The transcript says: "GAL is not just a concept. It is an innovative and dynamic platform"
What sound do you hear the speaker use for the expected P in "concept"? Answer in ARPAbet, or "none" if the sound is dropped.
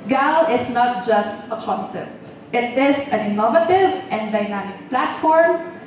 none